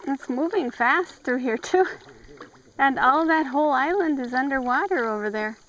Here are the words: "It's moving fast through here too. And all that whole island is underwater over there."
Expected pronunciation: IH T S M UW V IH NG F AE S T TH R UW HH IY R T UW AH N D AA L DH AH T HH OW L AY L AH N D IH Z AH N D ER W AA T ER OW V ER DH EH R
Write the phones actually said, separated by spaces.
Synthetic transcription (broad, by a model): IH T S M UW V IH NG F AE S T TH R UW HH IY R T UW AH N AA L DH AH T HH OW L AY L AH N D IH Z AH N D ER W AA T ER OW V ER DH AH R